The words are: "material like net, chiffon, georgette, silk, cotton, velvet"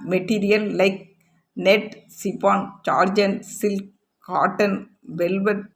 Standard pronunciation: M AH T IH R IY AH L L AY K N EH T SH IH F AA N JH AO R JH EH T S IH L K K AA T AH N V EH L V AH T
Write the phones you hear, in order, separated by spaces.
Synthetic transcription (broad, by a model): M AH T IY R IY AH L L AY K N EH T S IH P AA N CH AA R JH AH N S IH L K K AA T AH N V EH L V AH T